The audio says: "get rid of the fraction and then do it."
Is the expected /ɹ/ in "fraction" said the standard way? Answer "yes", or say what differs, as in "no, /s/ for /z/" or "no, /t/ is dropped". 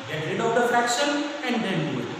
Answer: yes